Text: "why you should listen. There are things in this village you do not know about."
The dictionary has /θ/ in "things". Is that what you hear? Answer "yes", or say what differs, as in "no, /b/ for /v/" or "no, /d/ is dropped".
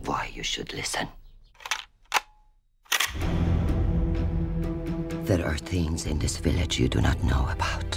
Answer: yes